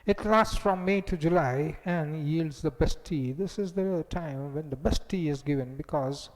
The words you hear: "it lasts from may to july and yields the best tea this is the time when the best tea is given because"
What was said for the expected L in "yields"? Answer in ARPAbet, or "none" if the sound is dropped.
L